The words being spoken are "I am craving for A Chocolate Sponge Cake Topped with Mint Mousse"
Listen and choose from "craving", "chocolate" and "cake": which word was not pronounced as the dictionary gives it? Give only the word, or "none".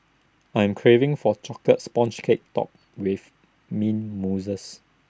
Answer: chocolate